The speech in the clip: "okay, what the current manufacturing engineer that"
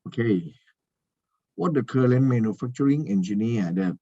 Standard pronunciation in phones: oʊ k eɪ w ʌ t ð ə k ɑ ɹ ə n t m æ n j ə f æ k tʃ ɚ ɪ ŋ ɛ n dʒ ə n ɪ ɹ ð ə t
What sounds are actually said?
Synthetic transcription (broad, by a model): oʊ k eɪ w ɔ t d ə k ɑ l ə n m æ n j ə f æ k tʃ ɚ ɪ ŋ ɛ n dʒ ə n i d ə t